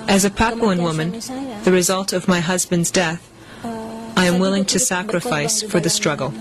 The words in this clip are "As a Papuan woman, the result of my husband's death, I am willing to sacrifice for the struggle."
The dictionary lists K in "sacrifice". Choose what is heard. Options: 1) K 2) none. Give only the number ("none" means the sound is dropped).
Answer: 1